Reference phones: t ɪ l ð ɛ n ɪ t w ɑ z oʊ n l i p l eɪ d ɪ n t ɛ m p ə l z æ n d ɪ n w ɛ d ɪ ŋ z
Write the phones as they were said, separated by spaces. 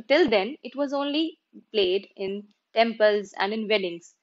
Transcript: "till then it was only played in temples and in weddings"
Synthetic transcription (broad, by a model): t ɪ l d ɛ n ɪ t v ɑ z oʊ n l i p l eɪ d ɪ n t ɛ m p ə l z æ n d ɪ n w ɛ d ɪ ŋ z